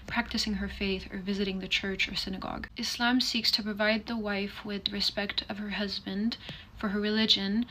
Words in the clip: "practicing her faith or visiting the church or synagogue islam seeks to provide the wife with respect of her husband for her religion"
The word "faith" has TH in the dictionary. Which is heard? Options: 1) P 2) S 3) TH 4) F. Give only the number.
3